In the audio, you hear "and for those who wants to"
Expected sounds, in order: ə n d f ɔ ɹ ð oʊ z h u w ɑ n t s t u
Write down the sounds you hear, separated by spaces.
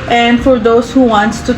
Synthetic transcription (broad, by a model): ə n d f ɔ ɹ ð oʊ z h u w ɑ n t t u